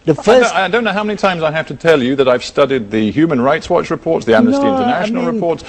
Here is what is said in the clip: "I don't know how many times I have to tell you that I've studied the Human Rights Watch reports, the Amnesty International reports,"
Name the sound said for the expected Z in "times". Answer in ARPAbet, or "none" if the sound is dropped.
Z